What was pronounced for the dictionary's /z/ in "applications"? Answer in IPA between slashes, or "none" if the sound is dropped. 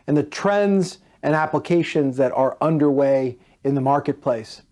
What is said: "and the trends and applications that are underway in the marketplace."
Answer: /z/